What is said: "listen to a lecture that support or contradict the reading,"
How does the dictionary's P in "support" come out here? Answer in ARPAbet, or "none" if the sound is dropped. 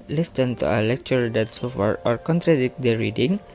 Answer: F